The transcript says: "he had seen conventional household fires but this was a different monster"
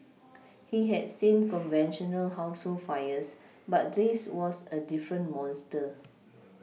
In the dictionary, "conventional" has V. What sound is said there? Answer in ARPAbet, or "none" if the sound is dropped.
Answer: V